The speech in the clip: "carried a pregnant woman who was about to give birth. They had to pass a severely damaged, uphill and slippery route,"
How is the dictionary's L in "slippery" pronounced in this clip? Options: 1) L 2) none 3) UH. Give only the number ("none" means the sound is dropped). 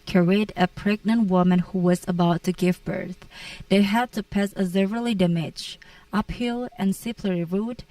2